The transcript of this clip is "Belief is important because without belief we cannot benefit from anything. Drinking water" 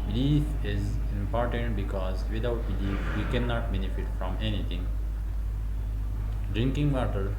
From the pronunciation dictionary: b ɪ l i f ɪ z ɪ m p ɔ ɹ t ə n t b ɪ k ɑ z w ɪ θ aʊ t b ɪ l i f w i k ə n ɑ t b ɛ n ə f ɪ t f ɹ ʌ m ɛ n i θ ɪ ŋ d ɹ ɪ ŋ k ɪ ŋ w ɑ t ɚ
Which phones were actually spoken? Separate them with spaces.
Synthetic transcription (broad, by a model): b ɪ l i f ɪ z ɪ m p ɔ ɹ t ə n t b ɪ k ɑ z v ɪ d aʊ t b ɪ l i f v i k ə n ɑ t b ɛ n ə f ɪ t f ɹ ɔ m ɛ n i t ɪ ŋ d ɹ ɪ ŋ k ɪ ŋ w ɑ t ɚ